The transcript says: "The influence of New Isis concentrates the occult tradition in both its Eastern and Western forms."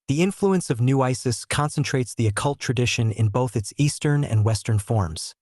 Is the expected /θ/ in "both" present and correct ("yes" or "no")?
yes